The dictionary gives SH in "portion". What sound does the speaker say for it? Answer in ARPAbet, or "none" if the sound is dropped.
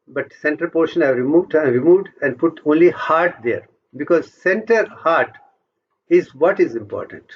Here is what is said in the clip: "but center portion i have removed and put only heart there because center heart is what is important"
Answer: SH